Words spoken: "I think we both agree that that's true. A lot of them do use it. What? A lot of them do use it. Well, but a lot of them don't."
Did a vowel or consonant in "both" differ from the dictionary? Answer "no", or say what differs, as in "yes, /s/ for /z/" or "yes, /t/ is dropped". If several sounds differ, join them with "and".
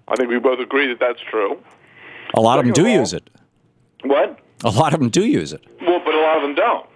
no